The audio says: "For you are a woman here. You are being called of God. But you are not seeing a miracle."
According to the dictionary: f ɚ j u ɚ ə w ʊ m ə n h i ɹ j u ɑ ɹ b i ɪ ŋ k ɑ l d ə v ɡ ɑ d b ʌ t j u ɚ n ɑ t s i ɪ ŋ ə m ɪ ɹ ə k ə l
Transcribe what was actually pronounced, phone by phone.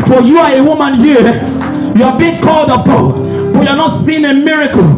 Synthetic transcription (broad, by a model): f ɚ j u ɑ ə w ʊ m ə n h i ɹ j u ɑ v b i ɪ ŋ k ɑ l d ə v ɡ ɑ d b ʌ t j u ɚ n ɑ t s i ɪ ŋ ə m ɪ ɹ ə k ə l